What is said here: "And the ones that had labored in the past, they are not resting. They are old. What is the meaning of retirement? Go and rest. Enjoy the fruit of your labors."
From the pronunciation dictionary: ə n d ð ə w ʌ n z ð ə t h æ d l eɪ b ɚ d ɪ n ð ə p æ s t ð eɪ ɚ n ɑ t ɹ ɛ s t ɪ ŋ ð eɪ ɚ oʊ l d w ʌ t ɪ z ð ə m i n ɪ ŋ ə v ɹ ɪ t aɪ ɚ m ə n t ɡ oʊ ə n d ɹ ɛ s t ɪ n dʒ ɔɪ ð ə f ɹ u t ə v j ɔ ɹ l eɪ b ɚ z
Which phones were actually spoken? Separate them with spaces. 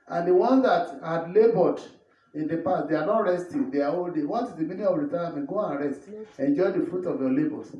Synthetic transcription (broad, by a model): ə n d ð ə w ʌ n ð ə t h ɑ d l eɪ b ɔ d ɪ n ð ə p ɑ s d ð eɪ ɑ n ɑ t ɹ ɛ s t ɪ ŋ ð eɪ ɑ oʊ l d w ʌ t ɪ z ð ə m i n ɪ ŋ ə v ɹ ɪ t aɪ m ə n ɡ oʊ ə n ɹ ɛ s t ɪ n dʒ ɔɪ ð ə f ɹ u t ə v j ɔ l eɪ b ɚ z